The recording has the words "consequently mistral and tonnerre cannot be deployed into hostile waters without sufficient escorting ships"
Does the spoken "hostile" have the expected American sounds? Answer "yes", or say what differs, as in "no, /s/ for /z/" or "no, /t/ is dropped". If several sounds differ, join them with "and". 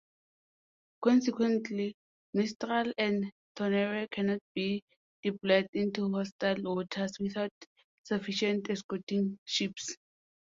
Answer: yes